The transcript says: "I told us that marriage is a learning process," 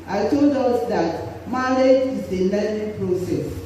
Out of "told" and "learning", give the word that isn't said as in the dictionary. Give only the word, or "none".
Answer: learning